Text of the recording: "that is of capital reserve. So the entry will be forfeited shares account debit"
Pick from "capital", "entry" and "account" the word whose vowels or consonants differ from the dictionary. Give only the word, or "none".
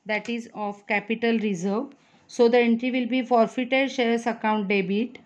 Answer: none